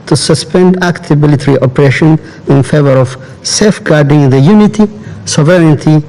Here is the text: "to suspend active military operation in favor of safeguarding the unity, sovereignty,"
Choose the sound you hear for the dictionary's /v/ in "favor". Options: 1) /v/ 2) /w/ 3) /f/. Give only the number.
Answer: 1